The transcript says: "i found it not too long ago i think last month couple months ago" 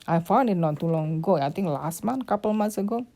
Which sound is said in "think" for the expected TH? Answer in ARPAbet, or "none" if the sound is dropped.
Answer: T